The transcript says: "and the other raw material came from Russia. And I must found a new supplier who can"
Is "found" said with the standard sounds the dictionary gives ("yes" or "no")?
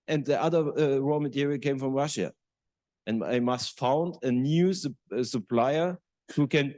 yes